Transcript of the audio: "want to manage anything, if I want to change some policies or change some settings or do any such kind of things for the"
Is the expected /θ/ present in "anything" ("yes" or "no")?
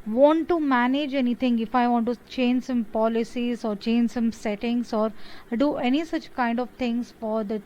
no